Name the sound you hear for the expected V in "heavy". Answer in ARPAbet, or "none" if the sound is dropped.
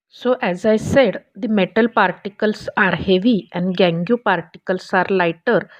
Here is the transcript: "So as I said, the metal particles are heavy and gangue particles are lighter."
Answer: V